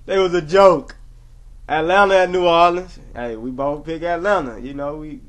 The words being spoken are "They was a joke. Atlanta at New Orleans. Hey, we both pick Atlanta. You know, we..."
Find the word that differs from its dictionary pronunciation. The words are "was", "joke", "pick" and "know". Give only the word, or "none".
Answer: none